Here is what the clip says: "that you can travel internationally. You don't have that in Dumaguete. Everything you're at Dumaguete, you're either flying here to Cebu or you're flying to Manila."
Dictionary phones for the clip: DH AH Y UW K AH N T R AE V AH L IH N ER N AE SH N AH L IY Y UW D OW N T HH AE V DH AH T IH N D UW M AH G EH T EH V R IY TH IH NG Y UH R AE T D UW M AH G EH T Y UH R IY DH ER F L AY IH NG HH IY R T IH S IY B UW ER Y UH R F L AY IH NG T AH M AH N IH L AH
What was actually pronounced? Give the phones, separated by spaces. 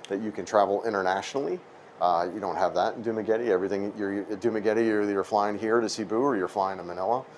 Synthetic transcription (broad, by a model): DH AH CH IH K AH N T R AE V L IH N ER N AE SH N L IY Y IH D OW N T HH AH V DH AH T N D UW M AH G EH T EH V R IY TH IH NG Y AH R D UW M AH G EH T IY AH R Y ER F L AY IH NG HH IY R T IH S IY B UW ER Y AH R F L AY IH NG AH M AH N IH L AH